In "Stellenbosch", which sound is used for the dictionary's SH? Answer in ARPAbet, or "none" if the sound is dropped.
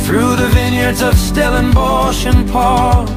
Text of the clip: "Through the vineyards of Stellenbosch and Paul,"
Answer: SH